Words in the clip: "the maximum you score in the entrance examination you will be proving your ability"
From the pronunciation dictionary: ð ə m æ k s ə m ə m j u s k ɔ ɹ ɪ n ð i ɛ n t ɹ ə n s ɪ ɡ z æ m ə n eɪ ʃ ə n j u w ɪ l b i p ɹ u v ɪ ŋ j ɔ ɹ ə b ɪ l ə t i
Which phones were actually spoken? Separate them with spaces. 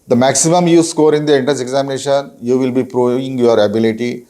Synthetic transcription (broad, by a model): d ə m æ k s ə m ə m j u s k ɔ ɹ ɪ n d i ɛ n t ə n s ɪ ɡ z æ m ə n eɪ ʃ ə n j u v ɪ l b i p ɹ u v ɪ ŋ j ɔ ɹ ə b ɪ l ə t i